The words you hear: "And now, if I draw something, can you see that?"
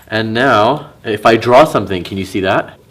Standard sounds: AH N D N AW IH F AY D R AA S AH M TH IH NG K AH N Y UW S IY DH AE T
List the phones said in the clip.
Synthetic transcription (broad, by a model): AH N N AW IH F AY D R AA S AH M TH IH NG K AH N Y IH S IY DH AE T